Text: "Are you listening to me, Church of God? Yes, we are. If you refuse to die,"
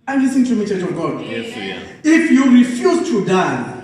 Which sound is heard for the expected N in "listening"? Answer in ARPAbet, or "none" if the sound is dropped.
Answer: none